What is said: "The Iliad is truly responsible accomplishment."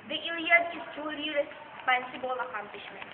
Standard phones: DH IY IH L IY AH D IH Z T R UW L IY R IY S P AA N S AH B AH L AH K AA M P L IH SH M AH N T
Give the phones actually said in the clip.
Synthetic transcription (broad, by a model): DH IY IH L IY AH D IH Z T UW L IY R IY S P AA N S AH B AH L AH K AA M P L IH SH M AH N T